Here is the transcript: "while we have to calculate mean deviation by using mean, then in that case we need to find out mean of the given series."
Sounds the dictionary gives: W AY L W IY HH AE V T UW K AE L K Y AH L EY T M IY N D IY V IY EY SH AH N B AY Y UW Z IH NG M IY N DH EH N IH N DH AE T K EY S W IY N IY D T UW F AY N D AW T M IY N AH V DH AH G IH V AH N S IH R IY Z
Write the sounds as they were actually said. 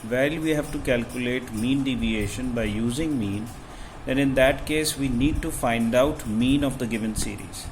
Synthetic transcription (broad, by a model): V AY L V IY HH AE V T UW K AE L K Y AH L EY T M IY N D IY V IY EY SH AH N B AY Y UW Z IH NG M IY N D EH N IH N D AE T K EY S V IY N IY D T UW F AY N D AW T M IY N AH V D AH G IH V AH N S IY R IY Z